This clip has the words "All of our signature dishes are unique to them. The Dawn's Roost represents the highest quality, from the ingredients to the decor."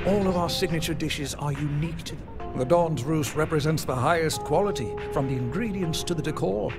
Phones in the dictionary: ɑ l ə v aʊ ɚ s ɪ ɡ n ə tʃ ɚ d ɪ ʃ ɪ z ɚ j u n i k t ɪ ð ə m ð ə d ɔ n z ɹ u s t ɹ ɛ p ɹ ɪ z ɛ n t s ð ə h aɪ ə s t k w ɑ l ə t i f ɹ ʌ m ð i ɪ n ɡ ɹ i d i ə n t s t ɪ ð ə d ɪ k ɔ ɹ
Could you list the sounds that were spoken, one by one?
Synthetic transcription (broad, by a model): ɑ l ə v aʊ ɚ s ɪ ɡ n ə tʃ ɚ d ɪ ʃ ɪ z ɚ j u n i k t ɪ ð ə m ð ə d ɔ n z ɹ u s ɹ ɛ p ɹ ɪ z ɛ n t s ð ə h aɪ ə s k w ɑ l ə t i f ɹ ʌ m ð i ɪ n ɡ ɹ i d i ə n s t ɪ ð ə d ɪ k ɔ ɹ